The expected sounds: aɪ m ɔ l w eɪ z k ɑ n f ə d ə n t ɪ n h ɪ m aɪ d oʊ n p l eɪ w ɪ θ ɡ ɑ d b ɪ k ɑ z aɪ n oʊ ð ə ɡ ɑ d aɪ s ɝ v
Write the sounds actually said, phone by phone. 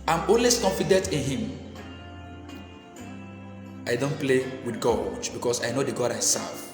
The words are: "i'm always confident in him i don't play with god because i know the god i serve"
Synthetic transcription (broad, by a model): aɪ m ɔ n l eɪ s k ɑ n f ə d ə n t ɪ n h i m aɪ d oʊ n p l eɪ w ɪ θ ɡ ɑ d b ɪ k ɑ s aɪ n oʊ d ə ɡ ɑ d aɪ s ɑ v